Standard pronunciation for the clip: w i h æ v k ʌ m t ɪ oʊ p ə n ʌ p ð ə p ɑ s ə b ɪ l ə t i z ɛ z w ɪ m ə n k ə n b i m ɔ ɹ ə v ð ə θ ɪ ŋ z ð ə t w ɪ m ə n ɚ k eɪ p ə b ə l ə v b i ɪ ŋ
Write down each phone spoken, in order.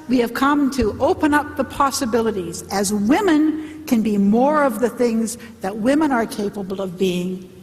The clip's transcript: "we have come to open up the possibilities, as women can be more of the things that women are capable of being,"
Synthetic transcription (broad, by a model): w i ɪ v k ʌ m t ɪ oʊ p ə n ʌ p ð ə p ɑ s ə b ɪ l ə t i z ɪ z w ɪ m ə n k ə n b i m ɔ ɹ ə v ð ə θ ɪ ŋ z ð ə t w ɪ m ə n ɚ k eɪ p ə b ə l ə v b i ɪ ŋ